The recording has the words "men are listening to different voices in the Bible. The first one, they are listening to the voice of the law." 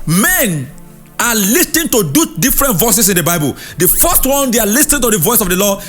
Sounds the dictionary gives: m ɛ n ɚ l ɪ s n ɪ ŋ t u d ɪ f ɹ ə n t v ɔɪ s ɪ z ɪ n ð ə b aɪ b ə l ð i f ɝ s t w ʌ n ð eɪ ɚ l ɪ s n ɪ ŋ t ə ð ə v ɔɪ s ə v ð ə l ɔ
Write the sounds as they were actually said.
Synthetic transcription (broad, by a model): m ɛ n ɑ l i s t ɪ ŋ t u d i f ɹ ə n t v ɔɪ s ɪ s ɪ n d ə b aɪ b ə l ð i f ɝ s t w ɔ n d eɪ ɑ l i s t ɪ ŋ t ə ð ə v ɔɪ s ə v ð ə l ɔ